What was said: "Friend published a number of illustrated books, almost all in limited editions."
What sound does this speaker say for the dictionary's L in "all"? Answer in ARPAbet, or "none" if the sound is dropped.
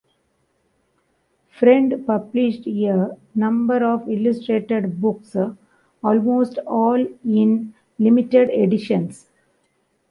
L